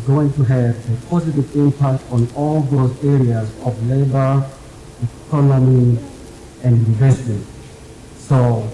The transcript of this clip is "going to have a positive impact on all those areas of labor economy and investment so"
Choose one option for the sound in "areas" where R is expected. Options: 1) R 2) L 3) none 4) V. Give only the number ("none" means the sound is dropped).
1